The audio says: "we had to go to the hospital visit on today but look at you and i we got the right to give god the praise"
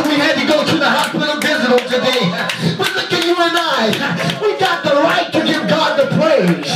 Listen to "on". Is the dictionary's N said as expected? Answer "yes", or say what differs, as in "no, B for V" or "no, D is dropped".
no, L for N